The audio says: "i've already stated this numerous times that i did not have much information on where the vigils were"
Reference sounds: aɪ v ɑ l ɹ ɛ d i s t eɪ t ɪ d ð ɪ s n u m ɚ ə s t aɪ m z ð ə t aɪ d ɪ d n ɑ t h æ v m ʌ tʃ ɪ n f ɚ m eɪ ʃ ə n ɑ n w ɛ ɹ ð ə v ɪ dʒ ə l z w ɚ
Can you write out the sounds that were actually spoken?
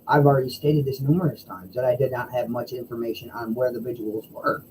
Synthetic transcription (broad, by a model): aɪ v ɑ l ɹ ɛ d i s t eɪ t ɪ d ð ɪ s n u m ɚ ə s t aɪ m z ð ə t aɪ d ɪ d n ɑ t h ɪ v m ʌ tʃ ɪ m f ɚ m eɪ ʃ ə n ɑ n w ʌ ɹ ð ə v ɪ dʒ ə l z w ɚ